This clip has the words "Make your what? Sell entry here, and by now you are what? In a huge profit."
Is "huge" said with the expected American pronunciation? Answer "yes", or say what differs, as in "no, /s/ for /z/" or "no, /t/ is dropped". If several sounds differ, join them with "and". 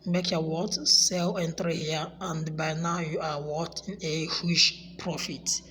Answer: no, /ʃ/ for /dʒ/